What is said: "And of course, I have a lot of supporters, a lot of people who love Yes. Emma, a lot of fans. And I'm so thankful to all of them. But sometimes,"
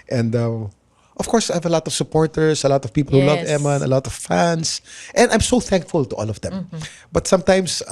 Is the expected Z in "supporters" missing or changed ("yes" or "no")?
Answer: yes